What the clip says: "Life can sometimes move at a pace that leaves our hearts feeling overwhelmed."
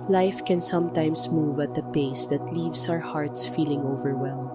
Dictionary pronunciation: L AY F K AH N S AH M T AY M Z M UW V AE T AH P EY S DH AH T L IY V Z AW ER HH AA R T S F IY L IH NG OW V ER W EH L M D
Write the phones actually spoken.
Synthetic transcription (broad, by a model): L AY F K AH N S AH M T AY M S M UW V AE T AH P EY S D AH T L IY V S AW ER HH AA R T S F IY L IH NG OW V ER W EH L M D